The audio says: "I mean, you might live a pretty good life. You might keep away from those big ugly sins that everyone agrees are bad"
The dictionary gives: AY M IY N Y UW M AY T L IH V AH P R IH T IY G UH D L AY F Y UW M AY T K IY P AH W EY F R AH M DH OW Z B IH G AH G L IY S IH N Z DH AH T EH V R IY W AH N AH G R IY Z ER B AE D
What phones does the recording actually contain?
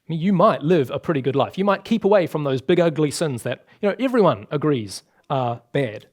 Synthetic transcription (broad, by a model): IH M IY N Y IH M AY T L IH V AH P R IH T IY G UH D L AY F Y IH M AY T K IY P AH W EY F R AH M DH OW Z B IH G AH G L IY S IH N Z DH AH T EH V R IY W AH N AH G R IY Z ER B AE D